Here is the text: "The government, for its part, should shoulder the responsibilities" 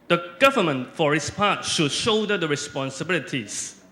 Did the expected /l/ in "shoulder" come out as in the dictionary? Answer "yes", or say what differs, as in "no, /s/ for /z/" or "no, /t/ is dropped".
no, /l/ is dropped